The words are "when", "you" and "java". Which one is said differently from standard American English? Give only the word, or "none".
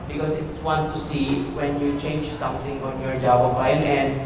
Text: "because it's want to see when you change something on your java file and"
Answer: java